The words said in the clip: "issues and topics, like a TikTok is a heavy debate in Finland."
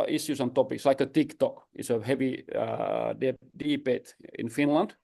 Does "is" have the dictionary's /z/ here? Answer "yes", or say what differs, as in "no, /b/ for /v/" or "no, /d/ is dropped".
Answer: no, /s/ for /z/